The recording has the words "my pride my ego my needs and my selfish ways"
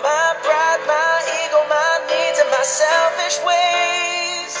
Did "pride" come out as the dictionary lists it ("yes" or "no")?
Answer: no